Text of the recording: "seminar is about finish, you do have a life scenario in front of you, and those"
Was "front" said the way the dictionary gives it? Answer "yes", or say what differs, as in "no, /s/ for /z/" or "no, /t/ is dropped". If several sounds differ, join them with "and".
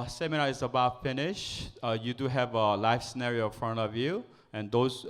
yes